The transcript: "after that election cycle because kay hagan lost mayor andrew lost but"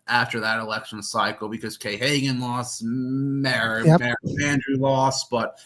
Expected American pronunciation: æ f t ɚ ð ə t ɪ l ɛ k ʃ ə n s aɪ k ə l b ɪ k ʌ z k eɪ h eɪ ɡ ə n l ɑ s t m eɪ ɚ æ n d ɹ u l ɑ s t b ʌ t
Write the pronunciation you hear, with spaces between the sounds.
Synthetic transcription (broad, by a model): æ f t ɚ ð ə t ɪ l ɛ k ʃ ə n s aɪ k l b ɪ k ʌ z k eɪ h eɪ ɡ ə n l ɑ s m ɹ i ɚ æ n d ɹ u l ɑ s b ʌ t